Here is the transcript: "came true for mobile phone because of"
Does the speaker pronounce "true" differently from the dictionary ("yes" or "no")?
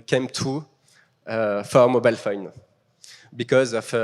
yes